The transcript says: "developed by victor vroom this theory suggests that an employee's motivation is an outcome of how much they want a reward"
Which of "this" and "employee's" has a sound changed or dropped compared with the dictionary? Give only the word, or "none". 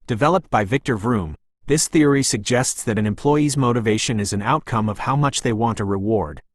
none